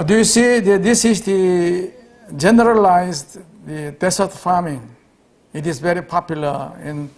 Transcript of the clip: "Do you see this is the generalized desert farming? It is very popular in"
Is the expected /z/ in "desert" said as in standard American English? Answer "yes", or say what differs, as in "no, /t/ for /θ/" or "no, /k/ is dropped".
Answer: no, /s/ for /z/